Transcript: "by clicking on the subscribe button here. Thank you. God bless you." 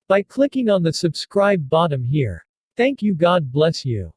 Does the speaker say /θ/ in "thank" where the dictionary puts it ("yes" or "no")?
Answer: yes